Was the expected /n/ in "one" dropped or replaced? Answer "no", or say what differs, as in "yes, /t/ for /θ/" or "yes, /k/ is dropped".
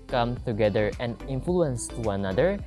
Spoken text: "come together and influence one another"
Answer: yes, /n/ is dropped